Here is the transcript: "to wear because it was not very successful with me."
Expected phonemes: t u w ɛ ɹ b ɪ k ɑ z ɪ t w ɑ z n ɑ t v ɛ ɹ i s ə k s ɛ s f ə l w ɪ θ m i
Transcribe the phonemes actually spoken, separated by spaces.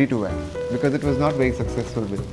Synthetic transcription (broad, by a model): t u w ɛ b ɪ k ɑ z ɪ t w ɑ z n ɑ t v ɛ ɹ i s ə k s ɛ s f ə l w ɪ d